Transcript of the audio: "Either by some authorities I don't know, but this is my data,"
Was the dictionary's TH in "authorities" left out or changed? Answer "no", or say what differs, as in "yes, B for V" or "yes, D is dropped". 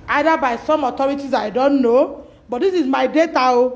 yes, T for TH